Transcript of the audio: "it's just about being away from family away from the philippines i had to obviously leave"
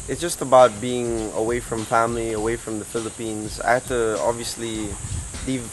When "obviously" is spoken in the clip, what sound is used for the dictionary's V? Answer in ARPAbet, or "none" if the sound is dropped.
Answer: V